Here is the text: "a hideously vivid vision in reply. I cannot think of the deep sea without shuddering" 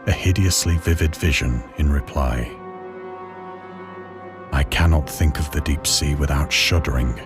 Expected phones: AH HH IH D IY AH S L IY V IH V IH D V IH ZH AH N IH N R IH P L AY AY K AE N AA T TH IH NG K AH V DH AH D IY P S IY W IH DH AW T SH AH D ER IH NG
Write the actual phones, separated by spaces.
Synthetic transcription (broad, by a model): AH HH IH D IY AH S L IY V IH V IH D V IH ZH AH N IH N R IH P L AY AY K AE N AA T TH IH NG K AH V DH AH D IY P S IY W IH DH AW T SH AH D ER IH NG